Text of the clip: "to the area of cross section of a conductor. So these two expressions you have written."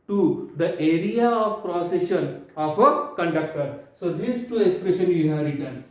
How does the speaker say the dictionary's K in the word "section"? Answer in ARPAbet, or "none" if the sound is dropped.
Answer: none